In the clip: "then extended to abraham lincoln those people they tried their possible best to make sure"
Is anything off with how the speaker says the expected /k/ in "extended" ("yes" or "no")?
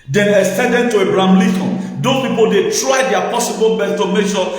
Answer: yes